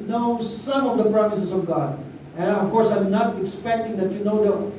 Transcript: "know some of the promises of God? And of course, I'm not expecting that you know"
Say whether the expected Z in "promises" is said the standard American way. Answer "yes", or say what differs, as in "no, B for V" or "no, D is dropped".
no, S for Z